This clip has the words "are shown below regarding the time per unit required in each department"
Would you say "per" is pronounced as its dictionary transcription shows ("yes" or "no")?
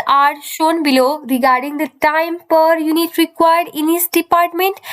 yes